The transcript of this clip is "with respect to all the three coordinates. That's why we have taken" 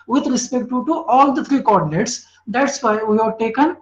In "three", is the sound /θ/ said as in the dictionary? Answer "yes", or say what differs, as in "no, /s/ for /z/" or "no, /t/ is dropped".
no, /t/ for /θ/